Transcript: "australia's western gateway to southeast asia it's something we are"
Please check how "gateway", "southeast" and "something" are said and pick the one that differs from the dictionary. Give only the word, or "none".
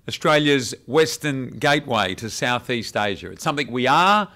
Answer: none